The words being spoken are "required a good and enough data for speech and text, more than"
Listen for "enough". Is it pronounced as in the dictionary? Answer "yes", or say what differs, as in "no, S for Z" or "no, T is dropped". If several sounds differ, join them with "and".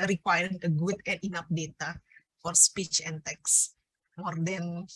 no, P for F